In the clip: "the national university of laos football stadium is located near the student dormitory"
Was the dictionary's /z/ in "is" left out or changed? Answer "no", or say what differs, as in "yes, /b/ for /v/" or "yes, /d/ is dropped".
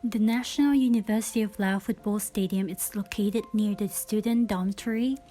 yes, /s/ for /z/